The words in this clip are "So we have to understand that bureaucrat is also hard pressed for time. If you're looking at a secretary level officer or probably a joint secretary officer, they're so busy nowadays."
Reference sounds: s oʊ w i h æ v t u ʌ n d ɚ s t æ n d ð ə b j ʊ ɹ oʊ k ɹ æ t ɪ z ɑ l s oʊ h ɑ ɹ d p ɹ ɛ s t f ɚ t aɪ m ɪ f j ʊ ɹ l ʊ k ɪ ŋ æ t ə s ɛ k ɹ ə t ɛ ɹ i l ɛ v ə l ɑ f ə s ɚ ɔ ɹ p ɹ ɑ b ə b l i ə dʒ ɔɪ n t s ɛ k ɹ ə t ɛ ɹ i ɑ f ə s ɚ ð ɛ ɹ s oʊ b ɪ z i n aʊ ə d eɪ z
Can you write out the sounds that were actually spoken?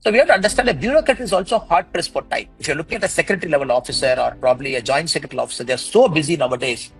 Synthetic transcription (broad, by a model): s oʊ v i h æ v t u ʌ n d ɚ s t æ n d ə b j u ɹ oʊ k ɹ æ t ɪ z ɑ l s oʊ h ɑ ɹ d p ɹ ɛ s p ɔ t aɪ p ɪ f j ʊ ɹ l ʊ k ɪ ŋ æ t ə s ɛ k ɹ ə t ɹ i l ɛ v ə l ɑ f ə s ɚ ɔ ɹ p ɹ ɑ b ə b l i ə dʒ ɔɪ n t s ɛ k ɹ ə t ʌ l ɑ f ə s ɚ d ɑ ɹ s oʊ b ɪ z i n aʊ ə d eɪ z